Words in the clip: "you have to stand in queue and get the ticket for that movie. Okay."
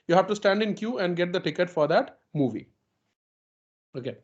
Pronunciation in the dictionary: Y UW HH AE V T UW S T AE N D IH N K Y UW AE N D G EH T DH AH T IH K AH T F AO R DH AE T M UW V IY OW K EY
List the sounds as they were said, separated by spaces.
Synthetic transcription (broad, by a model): Y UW HH AE V T UW S T AE N D IH N K Y UW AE N D G EH T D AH T IH K AH T F AO R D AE T M UW V IY OW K EY